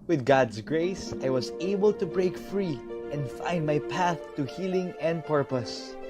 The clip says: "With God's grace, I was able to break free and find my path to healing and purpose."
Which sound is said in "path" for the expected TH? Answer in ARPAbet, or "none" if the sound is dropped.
TH